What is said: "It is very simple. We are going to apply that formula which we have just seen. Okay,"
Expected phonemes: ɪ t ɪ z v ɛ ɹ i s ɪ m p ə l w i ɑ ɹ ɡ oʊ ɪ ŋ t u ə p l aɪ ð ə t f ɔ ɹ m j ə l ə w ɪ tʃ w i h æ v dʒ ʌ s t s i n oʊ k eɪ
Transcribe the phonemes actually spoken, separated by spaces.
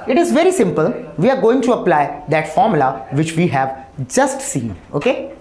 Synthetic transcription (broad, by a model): ɪ t ɪ z v ɛ ɹ i s ɪ m p ə l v i ɑ ɹ ɡ oʊ ɪ ŋ t u ə p l aɪ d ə t f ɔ ɹ m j l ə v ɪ tʃ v i h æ v dʒ ʌ s t s i n oʊ k eɪ